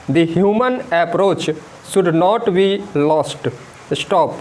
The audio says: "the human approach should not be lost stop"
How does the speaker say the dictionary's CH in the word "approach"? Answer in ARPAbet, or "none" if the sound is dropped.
CH